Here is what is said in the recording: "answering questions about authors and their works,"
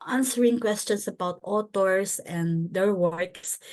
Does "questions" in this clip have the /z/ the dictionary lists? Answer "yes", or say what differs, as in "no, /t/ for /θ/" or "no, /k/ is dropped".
no, /s/ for /z/